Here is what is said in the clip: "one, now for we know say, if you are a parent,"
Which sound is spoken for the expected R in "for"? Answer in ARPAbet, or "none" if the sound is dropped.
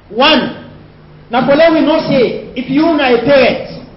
L